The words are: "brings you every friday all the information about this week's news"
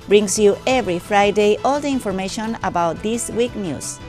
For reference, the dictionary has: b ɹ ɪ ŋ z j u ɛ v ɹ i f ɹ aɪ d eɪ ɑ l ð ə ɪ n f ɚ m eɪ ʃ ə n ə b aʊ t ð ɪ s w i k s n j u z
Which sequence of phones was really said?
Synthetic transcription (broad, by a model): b ɹ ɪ ŋ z j u ɛ v ɹ i f ɹ aɪ d eɪ ɑ l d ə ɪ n f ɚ m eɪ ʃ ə n ə b aʊ t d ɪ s w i k n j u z